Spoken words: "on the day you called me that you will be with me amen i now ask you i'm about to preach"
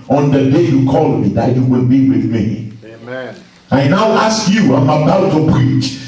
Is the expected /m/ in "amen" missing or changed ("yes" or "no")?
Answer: yes